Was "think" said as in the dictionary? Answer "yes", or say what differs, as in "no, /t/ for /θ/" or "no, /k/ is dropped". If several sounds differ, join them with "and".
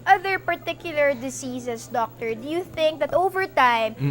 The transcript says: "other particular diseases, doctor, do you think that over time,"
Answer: yes